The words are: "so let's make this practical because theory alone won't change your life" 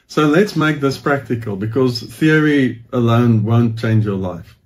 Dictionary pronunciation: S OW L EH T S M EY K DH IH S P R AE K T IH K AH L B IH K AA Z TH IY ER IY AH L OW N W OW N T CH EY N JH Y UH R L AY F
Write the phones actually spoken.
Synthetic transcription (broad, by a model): S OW L EH T S M EY K DH IH S P R AE K T IH K AH L B IH K AA Z TH IY ER IY AH L OW N W OW N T CH EY N JH Y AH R L AY F